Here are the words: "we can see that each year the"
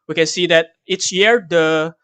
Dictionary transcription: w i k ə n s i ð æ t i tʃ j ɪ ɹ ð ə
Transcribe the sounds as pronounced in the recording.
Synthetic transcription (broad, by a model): w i k ə n s i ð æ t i s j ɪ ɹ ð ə